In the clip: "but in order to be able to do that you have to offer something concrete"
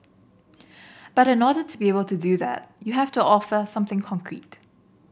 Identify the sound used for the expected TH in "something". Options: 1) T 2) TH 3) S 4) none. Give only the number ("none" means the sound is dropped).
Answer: 2